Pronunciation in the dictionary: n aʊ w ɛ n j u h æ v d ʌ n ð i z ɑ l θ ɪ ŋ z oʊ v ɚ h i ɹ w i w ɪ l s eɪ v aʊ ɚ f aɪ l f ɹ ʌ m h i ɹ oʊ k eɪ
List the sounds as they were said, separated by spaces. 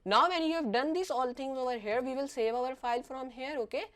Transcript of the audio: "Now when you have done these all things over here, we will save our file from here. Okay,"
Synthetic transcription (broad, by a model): n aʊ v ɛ n j u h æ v d ʌ n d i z ɑ l t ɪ ŋ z oʊ v ɚ h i ɹ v i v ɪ l s eɪ v aʊ ɚ f aɪ l f ɹ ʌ m h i ɹ oʊ k eɪ